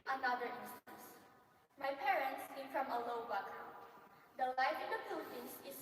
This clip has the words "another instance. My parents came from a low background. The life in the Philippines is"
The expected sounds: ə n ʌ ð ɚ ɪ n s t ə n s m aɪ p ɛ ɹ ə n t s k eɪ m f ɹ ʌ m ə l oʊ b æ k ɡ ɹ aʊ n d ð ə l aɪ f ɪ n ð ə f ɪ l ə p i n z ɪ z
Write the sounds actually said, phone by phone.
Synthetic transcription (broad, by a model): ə n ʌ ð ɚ ɪ n s t ə n s m aɪ p ɛ ɹ ə n t s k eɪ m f ɹ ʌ m ə l oʊ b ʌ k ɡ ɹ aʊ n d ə l aɪ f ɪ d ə p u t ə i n s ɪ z